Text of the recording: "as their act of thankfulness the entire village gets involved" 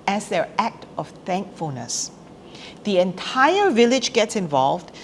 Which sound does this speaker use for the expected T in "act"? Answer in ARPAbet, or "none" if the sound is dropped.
T